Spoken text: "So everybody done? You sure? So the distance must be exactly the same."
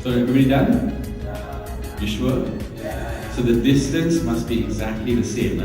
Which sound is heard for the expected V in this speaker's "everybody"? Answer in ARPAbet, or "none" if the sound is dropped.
none